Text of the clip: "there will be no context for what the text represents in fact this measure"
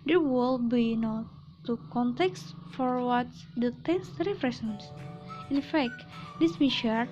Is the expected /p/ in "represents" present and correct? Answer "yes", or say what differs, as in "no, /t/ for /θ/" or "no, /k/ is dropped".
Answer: no, /f/ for /p/